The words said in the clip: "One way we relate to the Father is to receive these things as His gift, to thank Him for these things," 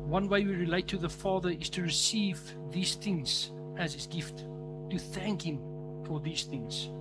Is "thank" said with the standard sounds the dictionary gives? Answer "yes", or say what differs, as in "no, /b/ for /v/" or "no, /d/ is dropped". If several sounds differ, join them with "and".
yes